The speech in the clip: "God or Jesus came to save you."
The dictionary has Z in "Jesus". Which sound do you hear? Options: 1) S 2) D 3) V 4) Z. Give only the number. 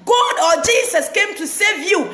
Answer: 1